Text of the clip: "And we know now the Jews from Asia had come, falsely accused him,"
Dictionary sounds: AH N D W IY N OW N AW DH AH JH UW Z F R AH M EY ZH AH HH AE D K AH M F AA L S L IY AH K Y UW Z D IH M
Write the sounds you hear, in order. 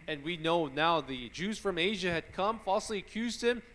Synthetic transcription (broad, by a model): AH N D W IY N OW N AW DH AH JH UW Z F R AH M EY ZH AH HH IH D K AH M F AA L S L IY AH K Y UW Z D IH M